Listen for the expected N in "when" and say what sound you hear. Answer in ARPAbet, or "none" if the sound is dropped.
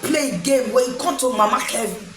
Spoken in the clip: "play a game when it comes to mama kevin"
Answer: none